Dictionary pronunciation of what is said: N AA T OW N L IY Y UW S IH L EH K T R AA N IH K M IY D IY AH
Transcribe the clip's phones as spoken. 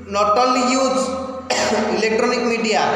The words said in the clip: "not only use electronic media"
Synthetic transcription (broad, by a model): N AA T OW L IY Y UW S IH L EH K T R AA N IH K M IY D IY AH